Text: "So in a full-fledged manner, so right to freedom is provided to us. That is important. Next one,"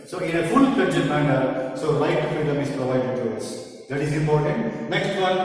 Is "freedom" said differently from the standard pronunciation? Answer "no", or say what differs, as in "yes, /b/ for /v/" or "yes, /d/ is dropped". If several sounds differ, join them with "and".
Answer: yes, /ɹ/ is dropped